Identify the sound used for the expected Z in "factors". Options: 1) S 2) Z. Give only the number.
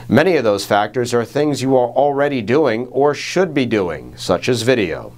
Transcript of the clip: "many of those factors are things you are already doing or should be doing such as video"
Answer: 2